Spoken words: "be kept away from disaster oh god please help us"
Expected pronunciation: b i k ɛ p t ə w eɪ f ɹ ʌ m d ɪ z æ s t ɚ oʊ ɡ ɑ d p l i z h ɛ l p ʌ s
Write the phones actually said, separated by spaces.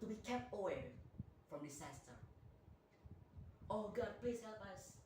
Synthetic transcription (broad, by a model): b i k ɛ p t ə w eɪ f ɹ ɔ m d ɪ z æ s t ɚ oʊ ɡ ɑ d p l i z h ɛ l p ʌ s